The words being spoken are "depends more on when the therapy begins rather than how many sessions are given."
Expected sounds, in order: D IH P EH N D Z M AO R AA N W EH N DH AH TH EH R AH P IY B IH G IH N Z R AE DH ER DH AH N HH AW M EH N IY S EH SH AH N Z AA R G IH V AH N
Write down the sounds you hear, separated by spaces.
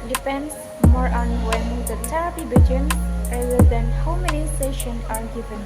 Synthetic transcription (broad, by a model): D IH P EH N D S M AO R AA N W EH N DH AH T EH R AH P IY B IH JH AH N R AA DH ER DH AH N HH AW M EH N IY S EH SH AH N AA R G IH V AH N